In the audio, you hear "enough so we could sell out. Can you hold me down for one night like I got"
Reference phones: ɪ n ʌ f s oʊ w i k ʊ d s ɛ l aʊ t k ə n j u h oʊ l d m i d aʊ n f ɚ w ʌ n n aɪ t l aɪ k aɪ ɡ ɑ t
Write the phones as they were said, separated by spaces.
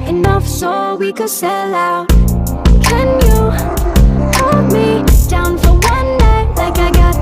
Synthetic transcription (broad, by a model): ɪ n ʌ f s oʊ w i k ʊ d s ɛ l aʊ k ə n j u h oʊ d m i d aʊ n f ɚ w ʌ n n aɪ l aɪ k aɪ ɡ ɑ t